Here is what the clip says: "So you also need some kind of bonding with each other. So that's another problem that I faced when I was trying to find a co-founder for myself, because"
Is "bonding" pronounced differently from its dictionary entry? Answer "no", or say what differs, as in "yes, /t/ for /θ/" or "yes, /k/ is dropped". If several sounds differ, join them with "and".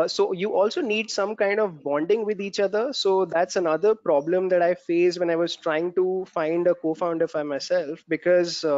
no